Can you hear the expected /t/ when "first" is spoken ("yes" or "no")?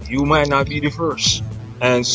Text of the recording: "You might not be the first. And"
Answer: no